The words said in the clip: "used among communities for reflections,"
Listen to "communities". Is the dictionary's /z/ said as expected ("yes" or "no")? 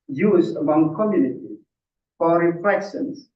no